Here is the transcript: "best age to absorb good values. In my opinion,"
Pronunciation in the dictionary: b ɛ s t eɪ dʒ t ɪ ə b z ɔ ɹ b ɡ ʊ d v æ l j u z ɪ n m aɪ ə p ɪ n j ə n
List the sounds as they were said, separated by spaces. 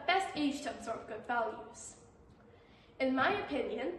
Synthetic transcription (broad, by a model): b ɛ s t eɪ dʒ t ɪ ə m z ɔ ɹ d ɡ ʊ d v æ l j u z ɪ n m aɪ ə p ɪ n j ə n